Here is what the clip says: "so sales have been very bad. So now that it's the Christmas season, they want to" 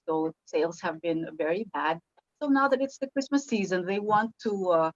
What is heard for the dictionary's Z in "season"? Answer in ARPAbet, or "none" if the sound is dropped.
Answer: Z